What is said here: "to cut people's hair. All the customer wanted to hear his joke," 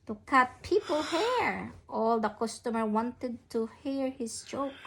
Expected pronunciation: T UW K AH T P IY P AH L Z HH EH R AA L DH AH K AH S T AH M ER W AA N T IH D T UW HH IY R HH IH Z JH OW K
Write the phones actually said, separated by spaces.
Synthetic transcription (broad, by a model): T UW K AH T P IY P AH L HH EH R AA L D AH K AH S T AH M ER W AA N T IH D T UW HH IY R HH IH S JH OW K